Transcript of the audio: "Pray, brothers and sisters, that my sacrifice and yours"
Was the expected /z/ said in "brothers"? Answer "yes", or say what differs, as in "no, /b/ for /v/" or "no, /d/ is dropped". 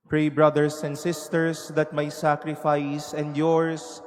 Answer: no, /s/ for /z/